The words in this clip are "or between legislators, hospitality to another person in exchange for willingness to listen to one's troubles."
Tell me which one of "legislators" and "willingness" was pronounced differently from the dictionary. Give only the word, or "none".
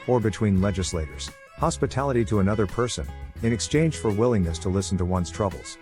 none